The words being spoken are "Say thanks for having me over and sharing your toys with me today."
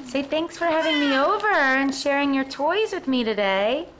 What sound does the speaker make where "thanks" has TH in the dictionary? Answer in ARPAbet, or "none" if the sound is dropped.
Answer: TH